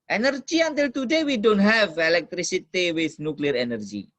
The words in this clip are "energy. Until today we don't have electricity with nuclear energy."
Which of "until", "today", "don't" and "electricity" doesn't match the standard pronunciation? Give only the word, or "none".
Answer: none